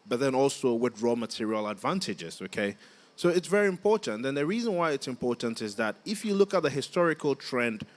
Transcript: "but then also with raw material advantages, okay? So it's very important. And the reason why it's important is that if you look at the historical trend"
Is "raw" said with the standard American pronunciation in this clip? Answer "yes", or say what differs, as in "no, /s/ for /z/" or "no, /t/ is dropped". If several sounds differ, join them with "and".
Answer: yes